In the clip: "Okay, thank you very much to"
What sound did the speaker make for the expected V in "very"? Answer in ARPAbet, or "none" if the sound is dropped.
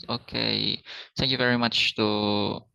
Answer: V